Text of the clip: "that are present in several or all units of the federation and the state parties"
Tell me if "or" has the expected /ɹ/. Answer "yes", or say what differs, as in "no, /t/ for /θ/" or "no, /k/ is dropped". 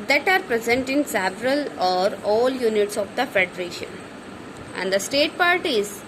yes